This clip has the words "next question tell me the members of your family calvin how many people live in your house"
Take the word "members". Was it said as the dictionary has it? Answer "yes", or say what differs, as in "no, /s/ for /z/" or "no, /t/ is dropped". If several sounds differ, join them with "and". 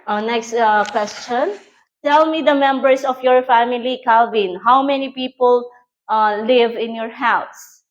no, /s/ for /z/